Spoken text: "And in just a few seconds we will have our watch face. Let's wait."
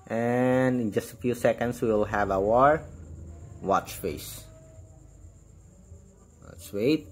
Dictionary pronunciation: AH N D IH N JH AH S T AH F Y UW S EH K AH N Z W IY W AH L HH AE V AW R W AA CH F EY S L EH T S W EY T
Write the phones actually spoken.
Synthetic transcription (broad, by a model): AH N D IH N JH AH S T AH F Y UW S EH K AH N S W IY L HH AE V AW R W AA CH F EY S W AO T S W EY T